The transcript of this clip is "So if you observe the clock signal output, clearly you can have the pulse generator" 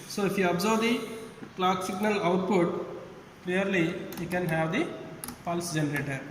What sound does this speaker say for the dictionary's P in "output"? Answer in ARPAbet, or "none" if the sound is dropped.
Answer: P